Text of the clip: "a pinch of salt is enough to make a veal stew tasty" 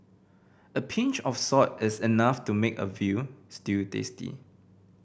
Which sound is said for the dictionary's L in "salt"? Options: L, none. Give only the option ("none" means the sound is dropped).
none